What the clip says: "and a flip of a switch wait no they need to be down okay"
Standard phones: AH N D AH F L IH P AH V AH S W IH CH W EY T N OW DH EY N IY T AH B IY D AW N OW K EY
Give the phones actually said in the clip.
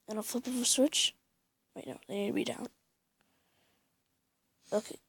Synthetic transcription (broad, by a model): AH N AH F IH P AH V AH S W IH CH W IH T N OW DH EY N IY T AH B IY D AW N OW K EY